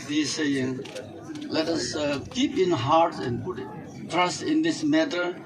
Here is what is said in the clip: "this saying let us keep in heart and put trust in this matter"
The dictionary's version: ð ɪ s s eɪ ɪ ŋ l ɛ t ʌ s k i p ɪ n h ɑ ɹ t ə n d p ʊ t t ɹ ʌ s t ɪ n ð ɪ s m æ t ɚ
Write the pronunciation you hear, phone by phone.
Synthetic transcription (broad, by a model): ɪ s s eɪ ɪ ŋ l ɛ t ʌ s k i p ɪ n h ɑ ɹ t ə n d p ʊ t t ɹ ʌ s t ɪ n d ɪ s m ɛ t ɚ